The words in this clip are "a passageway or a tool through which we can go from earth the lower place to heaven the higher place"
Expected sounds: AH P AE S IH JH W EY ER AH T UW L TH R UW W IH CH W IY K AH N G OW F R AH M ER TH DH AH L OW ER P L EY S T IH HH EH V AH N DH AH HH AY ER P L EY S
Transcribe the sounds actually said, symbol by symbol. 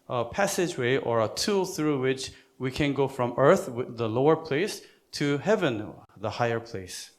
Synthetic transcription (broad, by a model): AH P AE S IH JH W EY ER AH T UW L TH R UW W IH CH W IY K AH N G OW F R AH M ER TH DH AH L OW ER P L EY S T IH HH EH V AH N DH AH HH AY ER P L EY S